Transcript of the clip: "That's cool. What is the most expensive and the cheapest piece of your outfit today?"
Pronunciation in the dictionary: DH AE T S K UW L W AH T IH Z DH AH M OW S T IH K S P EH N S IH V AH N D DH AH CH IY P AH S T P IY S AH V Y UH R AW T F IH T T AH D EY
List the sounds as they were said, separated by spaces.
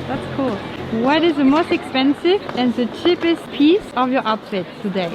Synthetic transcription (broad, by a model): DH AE T S K UW L W AH T IH Z DH AH M OW S T IH K S P EH N S IH V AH N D DH AH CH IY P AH S T P IY S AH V Y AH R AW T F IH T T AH D EY